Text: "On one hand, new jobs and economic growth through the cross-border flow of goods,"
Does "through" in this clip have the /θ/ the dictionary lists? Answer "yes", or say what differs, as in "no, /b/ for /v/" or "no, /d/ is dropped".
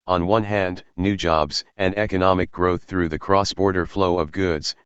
yes